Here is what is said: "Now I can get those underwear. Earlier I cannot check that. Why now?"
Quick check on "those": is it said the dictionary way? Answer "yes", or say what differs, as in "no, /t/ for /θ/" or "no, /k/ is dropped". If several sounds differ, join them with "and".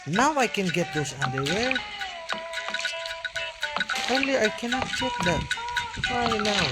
no, /s/ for /z/